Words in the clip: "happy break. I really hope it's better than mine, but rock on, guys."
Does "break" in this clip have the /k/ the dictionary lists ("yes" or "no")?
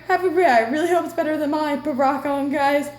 no